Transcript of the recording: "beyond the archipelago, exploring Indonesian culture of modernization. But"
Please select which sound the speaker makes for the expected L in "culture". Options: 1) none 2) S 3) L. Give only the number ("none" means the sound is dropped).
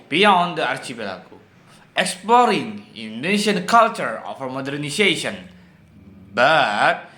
3